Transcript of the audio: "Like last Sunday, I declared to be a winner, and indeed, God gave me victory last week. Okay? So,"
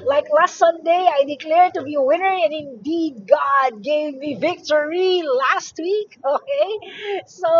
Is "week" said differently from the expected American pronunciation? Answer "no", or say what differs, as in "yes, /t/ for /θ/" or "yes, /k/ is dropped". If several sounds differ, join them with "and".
no